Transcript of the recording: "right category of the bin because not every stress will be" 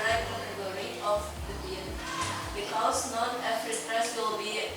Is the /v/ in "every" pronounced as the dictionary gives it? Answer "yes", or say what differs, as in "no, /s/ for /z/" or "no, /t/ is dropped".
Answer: no, /f/ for /v/